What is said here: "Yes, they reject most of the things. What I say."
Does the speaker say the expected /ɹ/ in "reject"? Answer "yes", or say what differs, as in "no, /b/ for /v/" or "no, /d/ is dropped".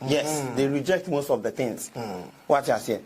yes